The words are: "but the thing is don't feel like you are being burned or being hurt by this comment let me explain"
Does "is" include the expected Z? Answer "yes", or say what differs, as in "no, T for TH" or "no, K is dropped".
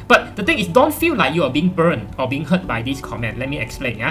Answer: no, S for Z